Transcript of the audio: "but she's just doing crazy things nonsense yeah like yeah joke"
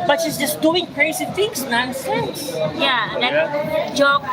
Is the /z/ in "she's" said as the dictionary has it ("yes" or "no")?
no